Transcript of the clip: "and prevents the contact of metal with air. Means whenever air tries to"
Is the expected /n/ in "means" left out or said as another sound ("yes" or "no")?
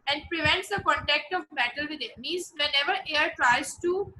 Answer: yes